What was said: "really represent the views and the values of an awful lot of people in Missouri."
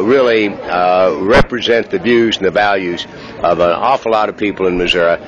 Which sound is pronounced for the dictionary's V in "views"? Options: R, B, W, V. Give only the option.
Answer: V